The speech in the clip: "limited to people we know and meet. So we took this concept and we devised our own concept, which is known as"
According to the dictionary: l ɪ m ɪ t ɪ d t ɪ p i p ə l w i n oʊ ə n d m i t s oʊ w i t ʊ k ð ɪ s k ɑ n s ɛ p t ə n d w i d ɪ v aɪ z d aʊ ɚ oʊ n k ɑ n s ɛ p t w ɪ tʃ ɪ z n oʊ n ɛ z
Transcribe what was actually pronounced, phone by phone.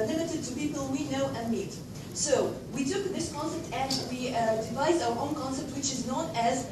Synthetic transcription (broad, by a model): l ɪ m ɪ t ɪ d t ɪ p i p ə l w i n oʊ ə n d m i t s oʊ w i t ʊ k ð ɪ s k ɑ n s ɛ p t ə n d w i d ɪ v aɪ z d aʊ ɚ oʊ n k ɑ n s ɛ p t w ɪ tʃ ɪ z n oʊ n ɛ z